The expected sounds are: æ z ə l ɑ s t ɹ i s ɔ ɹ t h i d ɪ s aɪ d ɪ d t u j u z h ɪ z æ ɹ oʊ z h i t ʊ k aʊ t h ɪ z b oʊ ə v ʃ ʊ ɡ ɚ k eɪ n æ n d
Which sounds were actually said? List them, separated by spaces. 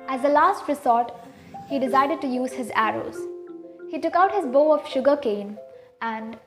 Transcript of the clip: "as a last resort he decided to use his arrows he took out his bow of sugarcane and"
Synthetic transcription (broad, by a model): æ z ə l ɑ s t ɹ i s ɔ ɹ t h i d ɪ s aɪ d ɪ d t u j u z h ɪ z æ ɹ oʊ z h i t ʊ k aʊ t h ɪ z b oʊ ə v ʃ ʊ ɡ ɚ k eɪ n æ n d